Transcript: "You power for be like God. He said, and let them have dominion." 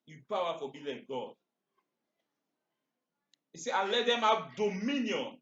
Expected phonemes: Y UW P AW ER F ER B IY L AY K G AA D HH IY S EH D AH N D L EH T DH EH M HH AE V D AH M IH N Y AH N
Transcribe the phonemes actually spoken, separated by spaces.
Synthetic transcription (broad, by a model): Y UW P AW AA F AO B IY L AY K G AA D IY S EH AH L EH T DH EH M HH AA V D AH M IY N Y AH N